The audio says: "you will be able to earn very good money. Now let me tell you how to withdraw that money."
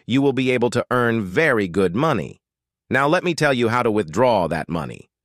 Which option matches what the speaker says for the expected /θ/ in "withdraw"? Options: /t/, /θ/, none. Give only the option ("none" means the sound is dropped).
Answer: /θ/